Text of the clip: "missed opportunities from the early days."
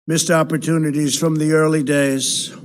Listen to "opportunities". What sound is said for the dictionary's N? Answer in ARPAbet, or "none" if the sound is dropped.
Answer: N